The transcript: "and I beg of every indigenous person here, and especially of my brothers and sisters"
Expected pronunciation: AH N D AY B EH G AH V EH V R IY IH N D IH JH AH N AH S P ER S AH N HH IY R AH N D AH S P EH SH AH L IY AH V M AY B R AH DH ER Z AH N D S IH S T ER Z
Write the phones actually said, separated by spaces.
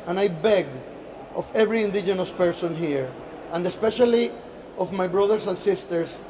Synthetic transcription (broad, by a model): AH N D AY B EH G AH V EH V R IY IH N D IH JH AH N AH S P ER S AH N HH IY R AH N D AH S P EH SH AH L IY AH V M AY B R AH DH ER S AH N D S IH S T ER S